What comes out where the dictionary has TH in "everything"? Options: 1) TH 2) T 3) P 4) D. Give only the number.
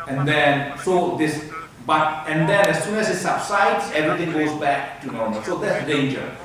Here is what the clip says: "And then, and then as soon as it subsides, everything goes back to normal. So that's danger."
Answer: 2